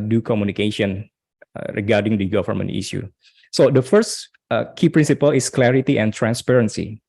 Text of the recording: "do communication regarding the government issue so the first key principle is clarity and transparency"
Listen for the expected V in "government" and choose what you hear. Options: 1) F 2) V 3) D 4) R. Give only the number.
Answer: 1